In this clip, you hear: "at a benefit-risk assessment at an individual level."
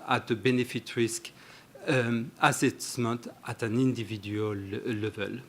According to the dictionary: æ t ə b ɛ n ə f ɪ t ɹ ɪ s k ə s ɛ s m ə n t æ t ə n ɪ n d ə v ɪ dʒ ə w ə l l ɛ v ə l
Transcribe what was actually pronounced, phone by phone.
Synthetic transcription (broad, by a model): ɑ t ə b ɛ n ə f ɪ t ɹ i s k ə s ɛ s m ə t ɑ t ə n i n d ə v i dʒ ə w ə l l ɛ v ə l